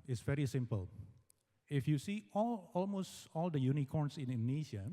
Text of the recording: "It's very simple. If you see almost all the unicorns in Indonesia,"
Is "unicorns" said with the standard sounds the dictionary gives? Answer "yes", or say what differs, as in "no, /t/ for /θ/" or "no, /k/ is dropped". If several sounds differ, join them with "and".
no, /s/ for /z/